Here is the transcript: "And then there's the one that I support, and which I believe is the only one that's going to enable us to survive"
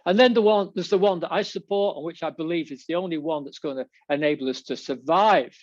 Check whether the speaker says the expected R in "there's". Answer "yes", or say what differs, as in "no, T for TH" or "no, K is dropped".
no, W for R